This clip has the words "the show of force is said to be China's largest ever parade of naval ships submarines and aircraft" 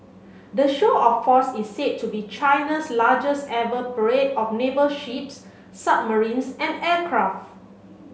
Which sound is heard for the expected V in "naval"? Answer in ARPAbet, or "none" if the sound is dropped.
B